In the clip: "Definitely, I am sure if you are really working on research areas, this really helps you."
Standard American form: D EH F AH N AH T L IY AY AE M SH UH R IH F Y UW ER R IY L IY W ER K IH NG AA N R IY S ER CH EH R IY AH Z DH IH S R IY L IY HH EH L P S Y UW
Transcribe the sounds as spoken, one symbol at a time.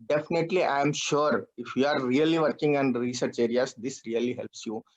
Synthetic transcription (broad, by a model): D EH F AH N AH T L IY AY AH M SH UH R IH F Y UW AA R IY L IY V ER K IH NG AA N R IY S ER CH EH R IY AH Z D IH S R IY L IY HH EH L P S Y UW